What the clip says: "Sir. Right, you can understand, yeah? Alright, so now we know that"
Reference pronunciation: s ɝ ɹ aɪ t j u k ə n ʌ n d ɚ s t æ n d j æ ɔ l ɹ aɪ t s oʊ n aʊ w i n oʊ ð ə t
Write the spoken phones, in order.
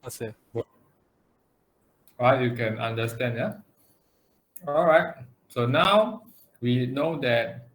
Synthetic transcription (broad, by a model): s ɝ ɹ aɪ t j u k ə n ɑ n d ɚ s t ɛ n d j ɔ ɔ l ɹ aɪ t s oʊ n aʊ w i n oʊ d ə t